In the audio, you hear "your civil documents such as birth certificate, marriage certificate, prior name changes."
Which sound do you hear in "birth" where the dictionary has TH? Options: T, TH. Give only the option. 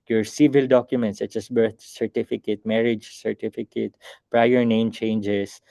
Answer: T